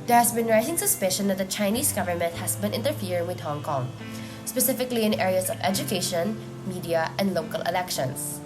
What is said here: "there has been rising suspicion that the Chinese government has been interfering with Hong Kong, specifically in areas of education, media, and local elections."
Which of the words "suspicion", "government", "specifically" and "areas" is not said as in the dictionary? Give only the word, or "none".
areas